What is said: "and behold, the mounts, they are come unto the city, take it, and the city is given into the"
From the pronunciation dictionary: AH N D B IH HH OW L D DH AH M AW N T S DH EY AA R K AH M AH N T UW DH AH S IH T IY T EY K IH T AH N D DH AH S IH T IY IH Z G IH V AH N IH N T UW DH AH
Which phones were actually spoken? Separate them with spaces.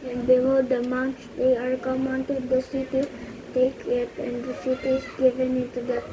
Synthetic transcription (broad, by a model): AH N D B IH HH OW D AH M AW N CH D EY AA R K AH M AH N T UW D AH S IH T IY T EY K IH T AH N D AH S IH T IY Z G IH V AH N IH N T UW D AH